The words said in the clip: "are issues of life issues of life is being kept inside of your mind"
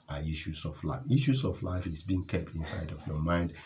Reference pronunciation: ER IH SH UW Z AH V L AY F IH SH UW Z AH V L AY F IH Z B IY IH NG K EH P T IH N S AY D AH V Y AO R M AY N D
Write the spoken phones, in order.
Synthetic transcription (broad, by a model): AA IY SH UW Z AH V L AY F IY SH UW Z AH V L AY F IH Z B IY IH NG K EH P T IH N S AY D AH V Y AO M AY N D